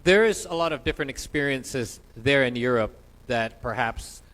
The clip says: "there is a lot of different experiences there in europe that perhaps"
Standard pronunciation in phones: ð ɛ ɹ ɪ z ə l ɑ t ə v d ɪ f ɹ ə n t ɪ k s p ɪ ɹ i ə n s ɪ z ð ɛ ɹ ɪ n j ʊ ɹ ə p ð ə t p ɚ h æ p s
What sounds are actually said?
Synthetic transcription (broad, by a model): ð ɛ ɹ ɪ z ə l ɑ t ə v d ɪ f ɹ ə n t ɪ k s p ɪ ɹ i ə n s ɪ z ð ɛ ɹ ɪ n j ʊ ɹ ə p ð ə t p ɚ h æ p s